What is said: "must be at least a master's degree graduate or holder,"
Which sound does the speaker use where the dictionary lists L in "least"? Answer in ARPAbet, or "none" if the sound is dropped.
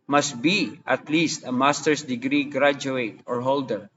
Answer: L